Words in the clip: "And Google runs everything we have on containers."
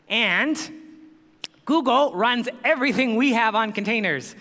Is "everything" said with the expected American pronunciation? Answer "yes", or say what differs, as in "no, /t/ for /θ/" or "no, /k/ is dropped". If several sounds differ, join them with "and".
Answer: yes